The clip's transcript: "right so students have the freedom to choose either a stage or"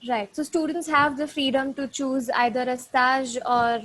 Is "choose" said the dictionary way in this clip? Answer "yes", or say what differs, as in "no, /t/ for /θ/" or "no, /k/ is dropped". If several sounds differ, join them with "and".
yes